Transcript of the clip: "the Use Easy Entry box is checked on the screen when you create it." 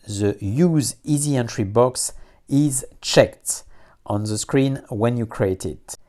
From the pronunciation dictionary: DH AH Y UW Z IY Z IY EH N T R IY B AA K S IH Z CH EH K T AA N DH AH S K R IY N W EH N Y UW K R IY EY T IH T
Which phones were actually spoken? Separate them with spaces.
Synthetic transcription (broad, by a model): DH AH Y UW Z IY Z IY EH N T R IY B AA K S IH Z CH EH K T AA N DH AH S K R IY N W EH N Y UW K R IY EY T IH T